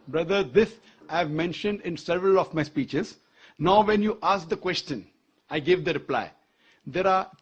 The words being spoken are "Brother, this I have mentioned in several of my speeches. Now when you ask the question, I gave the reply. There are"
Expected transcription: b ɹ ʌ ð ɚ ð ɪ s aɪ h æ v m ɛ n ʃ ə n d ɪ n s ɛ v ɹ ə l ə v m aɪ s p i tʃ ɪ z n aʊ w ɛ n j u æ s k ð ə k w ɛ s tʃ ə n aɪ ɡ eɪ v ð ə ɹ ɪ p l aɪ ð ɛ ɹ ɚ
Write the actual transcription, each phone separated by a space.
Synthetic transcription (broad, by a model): b ɹ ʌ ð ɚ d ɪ s aɪ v m ɛ n ʃ ə n d ɪ n s ɛ v ɹ ə l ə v m aɪ s p i tʃ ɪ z n aʊ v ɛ n j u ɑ s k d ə k w ɛ s tʃ ə n aɪ ɡ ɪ v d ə ɹ ɪ p l aɪ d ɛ ɹ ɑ